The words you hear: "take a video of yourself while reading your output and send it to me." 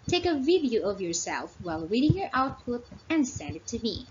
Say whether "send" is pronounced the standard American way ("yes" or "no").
yes